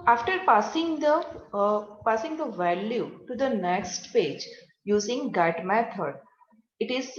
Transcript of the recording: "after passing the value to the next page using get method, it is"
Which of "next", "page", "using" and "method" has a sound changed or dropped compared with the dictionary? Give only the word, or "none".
method